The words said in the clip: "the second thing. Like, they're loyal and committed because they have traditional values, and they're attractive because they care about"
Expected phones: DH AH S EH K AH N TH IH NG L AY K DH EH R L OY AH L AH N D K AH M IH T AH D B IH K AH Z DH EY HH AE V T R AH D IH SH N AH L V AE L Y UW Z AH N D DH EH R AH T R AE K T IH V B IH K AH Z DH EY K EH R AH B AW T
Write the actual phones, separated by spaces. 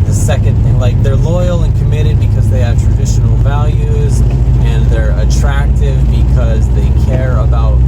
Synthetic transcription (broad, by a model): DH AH S EH K AH N TH IH NG L AY K DH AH R L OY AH L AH N K AH M IH T AH D B IH K AH Z DH EY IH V T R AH D IH SH N L V AE L Y UW Z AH N DH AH R AH T R AE K T IH V B IH K AH Z DH EY K EH R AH B AW T